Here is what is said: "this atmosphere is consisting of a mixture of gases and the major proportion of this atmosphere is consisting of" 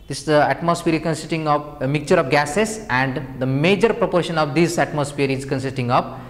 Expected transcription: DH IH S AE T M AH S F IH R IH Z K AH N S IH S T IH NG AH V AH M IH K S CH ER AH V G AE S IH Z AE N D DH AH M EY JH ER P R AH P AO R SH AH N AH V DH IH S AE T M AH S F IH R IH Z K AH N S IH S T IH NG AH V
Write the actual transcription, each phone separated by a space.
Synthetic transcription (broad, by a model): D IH S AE T M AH S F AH R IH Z K AH N S IH S T IH NG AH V AH M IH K CH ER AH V G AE S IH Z AE N D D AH M EY JH ER P R AH P AO R SH AH N AH V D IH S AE T M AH S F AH R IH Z K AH N S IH S T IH NG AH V